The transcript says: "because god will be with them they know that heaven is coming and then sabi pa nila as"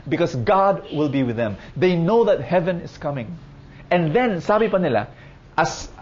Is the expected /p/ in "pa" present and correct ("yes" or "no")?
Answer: yes